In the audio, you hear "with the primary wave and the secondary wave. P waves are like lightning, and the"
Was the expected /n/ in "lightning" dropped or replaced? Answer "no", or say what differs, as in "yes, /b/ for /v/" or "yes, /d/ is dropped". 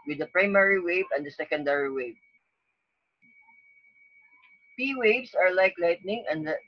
no